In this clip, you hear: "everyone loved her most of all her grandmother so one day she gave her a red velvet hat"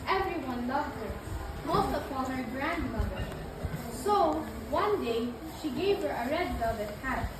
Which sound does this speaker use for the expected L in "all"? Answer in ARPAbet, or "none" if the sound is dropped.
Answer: N